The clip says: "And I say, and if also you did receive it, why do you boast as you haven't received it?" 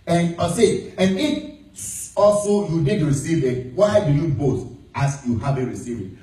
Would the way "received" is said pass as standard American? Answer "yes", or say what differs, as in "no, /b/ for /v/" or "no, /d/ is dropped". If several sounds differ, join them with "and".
no, /d/ is dropped